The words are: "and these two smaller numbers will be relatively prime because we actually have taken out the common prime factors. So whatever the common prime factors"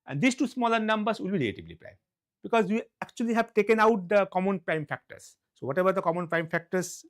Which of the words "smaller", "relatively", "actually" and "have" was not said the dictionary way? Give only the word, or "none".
relatively